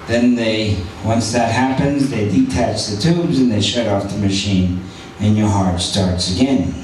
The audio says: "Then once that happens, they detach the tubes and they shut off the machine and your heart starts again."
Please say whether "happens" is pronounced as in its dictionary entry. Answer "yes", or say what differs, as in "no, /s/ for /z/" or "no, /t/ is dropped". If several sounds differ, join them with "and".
yes